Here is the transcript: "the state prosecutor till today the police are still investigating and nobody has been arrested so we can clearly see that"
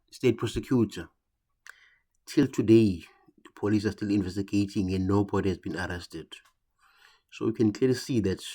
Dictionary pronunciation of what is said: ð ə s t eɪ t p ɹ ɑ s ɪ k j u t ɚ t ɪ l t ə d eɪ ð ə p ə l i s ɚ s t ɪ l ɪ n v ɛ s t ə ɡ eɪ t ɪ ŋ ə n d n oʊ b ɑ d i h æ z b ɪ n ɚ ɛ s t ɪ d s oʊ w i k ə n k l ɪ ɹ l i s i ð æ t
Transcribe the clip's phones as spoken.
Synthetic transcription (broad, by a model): s t eɪ t p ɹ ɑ s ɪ k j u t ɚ t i l t ə d eɪ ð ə p ə l i s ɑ s t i l ɪ n v ɛ s t ə ɡ eɪ t ɪ ŋ ə n d n oʊ b ɑ d i h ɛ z b ɪ n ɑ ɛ s t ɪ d s oʊ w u k ə n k l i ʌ l i s i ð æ t